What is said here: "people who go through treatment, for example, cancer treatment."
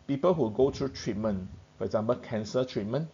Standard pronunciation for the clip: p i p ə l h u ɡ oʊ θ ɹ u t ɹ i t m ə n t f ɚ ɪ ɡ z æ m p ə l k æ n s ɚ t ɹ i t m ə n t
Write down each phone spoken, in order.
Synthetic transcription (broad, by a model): p i p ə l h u ɡ oʊ t ɹ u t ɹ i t m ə n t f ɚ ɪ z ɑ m b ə k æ n s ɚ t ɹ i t m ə n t